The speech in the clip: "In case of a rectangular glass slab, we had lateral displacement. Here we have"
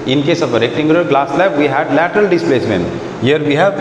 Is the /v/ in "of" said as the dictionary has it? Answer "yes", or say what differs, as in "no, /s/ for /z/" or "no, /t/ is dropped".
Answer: no, /p/ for /v/